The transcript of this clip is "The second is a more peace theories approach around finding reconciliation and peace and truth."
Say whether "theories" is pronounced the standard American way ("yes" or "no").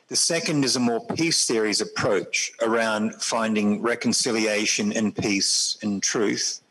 yes